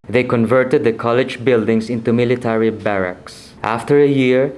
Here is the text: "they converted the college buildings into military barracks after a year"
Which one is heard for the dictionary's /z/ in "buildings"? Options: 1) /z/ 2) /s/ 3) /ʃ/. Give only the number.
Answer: 2